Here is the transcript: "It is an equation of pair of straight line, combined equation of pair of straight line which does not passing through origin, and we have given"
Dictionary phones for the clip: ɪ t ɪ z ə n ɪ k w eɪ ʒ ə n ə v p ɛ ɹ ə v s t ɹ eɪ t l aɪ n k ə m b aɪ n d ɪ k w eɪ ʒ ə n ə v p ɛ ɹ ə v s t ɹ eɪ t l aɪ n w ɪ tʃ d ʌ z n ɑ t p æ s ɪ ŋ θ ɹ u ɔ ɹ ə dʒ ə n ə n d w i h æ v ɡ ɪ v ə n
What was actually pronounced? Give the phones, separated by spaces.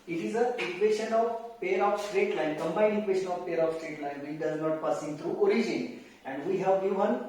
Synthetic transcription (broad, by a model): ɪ t ɪ z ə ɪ k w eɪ ʃ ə n ə v p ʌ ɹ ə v s t ɹ eɪ t l aɪ n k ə m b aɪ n ɪ k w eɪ ʃ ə n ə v p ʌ ɹ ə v s t ɹ eɪ t l aɪ n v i d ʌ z n ɑ t p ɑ s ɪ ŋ t ɹ u ɔ ɹ ə dʒ ə n ə n d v i h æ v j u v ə n